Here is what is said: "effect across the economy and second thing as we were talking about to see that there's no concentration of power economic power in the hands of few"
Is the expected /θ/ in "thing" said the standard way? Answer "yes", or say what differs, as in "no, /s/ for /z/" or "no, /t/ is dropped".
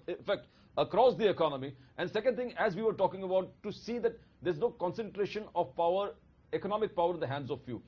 no, /t/ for /θ/